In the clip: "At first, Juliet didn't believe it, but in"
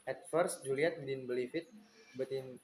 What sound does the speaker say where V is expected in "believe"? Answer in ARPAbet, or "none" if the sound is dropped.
F